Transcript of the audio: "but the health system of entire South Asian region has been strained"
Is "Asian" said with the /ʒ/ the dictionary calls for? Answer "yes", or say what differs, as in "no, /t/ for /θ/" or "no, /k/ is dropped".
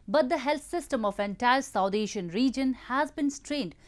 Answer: no, /ʃ/ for /ʒ/